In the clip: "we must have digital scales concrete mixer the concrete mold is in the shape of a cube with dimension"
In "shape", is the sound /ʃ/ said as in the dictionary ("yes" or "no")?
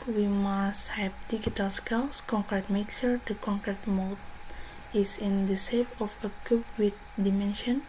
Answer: no